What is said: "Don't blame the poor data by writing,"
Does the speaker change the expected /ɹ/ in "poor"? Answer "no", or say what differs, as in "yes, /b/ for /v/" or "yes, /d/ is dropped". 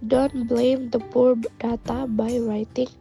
no